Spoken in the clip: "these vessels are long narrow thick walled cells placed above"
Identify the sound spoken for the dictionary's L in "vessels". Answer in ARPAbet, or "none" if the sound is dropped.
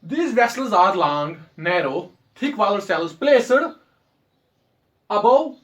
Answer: L